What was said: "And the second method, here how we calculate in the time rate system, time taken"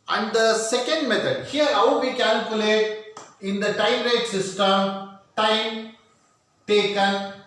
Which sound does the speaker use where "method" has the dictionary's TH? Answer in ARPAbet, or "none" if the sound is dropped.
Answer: T